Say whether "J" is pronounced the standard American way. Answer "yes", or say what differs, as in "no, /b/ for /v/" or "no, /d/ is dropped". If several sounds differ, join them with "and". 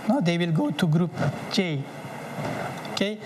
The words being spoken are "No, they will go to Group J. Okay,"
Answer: no, /tʃ/ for /dʒ/